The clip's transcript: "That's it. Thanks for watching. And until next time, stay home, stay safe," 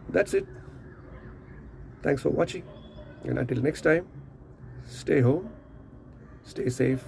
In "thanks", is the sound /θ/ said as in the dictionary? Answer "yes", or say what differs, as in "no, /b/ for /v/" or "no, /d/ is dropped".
no, /t/ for /θ/